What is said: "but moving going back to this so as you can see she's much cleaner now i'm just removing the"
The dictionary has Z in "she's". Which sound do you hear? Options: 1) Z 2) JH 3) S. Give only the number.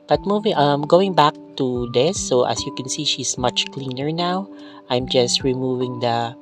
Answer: 3